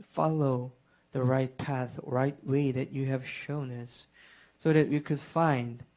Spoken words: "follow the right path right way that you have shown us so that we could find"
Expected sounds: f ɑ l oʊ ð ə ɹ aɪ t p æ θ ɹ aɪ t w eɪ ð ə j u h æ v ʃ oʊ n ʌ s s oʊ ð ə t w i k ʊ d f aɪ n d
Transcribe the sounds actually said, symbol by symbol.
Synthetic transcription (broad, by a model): f ɑ l oʊ ð ə ɹ aɪ t p æ θ ɹ aɪ t w eɪ ð ə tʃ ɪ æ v ʃ oʊ n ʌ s s oʊ ð ə t w i k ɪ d f aɪ n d